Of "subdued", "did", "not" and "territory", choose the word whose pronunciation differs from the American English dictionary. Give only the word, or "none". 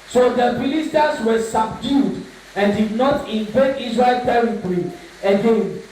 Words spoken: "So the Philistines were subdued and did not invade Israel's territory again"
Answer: none